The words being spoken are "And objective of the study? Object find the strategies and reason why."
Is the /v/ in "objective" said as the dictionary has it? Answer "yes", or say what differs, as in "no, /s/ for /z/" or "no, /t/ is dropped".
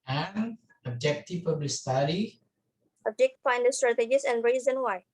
no, /p/ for /v/